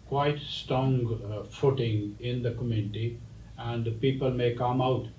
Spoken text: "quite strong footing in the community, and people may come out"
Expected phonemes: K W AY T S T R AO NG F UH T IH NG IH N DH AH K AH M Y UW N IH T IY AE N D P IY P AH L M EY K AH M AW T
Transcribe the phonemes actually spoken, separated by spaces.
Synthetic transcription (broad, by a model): K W AY T S T R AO NG F UH T IH NG IH N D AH K AH M Y UW N IH T IY AE N D P IY P AH L M EY K AH M AW T